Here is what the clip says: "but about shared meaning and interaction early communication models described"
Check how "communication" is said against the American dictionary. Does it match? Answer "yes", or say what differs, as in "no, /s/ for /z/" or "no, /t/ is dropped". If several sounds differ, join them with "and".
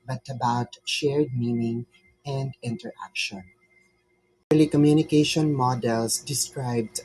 yes